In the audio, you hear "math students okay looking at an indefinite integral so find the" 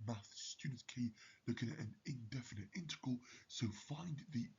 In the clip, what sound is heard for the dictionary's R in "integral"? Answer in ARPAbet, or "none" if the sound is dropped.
none